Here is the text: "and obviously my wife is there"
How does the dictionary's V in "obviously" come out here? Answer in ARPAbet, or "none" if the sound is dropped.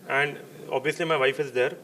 V